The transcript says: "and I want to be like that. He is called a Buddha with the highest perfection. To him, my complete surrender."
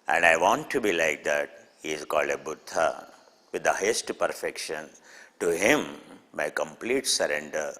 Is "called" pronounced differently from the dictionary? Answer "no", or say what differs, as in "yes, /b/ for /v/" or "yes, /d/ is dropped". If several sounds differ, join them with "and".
no